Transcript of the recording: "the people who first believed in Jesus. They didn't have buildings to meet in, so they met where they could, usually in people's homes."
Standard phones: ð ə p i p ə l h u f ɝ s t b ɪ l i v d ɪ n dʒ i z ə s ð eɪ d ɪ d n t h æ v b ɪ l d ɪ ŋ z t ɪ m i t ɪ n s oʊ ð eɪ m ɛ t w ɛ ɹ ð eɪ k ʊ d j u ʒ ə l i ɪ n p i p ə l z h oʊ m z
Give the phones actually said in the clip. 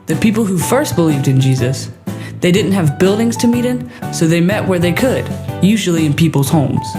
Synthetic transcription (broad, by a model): ð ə p i p l h u f ɝ s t b ɪ l i v d ɪ n dʒ i z ə s ð eɪ d ɪ d n t h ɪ v b ɪ l d ɪ ŋ z t ɪ m i t ɪ n s oʊ ð eɪ m ɛ t w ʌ ɹ ð eɪ k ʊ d j u ʒ l i ɪ n p i p l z h oʊ m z